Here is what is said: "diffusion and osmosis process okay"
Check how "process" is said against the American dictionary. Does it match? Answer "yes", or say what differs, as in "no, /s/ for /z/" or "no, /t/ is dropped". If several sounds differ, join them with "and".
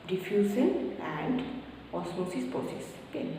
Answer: no, /ɹ/ is dropped